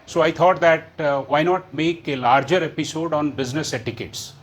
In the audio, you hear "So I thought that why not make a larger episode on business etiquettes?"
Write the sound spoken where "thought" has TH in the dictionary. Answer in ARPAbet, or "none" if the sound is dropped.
T